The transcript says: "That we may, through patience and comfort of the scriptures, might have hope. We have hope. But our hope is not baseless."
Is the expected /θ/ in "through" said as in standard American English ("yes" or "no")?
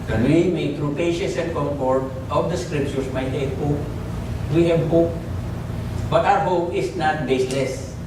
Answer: no